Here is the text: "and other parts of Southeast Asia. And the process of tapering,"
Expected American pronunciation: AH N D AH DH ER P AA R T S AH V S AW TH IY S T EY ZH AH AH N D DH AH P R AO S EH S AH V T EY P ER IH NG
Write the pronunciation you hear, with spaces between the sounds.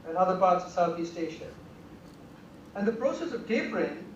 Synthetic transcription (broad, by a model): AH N AH DH ER P AA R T S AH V S AW TH IY S T EY SH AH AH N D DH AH P R AO S EH S AH V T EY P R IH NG